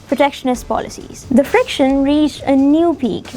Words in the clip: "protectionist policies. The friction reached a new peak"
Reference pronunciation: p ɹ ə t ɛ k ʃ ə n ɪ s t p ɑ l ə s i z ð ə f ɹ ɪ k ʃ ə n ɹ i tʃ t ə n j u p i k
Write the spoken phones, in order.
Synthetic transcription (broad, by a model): p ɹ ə t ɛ k ʃ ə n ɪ s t p ɑ l ə s i z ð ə f ɹ ɪ k ʃ ə n ɹ i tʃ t ə n j u p i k